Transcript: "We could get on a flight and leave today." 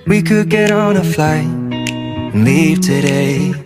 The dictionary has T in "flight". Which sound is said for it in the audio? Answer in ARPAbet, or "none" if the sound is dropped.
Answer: none